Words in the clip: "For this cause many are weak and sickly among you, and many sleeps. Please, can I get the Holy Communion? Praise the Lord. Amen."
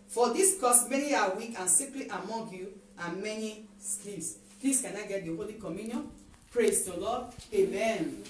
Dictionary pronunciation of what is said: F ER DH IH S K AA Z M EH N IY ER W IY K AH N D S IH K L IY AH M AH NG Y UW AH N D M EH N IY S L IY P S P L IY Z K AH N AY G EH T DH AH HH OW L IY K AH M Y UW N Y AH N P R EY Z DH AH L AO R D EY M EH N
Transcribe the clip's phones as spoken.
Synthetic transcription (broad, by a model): F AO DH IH S K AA S M EH N IY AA W IY K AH N S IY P L IY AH M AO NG Y UW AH M EH N IY S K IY S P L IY S K AH N AY G EH T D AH HH OW L IY K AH M Y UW N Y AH N P R EY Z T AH L AO D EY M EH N